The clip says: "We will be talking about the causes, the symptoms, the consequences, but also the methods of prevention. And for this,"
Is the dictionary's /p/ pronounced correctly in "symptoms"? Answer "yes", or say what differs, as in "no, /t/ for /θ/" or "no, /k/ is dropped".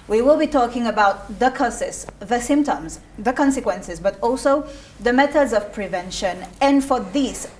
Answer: yes